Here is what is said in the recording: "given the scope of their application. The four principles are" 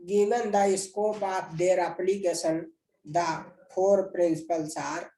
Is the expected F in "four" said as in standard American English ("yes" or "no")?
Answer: no